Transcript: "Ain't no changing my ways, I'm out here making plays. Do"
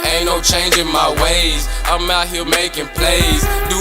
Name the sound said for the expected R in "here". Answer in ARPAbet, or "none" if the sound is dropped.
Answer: L